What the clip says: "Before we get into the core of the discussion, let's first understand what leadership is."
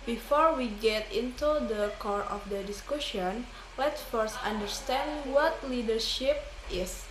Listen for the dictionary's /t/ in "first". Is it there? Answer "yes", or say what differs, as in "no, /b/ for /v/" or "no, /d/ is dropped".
yes